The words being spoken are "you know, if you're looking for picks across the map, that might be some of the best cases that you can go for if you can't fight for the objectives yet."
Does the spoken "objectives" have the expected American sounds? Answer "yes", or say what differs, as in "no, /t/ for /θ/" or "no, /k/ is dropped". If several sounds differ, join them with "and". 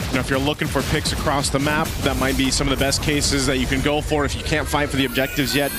yes